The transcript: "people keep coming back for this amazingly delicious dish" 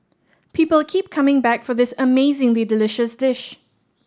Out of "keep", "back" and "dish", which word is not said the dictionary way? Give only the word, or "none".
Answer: none